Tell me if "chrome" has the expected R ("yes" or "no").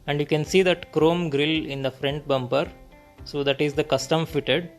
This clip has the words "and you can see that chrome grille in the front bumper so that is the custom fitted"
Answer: yes